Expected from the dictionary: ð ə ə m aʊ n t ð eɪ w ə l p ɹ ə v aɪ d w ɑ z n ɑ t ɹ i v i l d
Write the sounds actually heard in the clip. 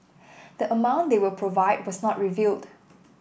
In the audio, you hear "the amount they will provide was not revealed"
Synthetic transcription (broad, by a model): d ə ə m aʊ n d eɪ w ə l p ɹ ə v aɪ d w ɑ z n ɑ t ɹ i v i l d